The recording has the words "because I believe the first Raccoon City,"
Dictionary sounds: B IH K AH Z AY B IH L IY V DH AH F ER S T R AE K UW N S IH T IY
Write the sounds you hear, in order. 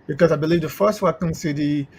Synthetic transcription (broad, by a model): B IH K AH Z AY B IH L IY V DH AH F ER S T W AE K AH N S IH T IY